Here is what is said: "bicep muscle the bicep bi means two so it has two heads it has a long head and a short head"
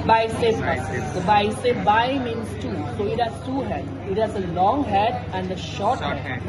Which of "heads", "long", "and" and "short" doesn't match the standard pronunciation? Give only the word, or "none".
heads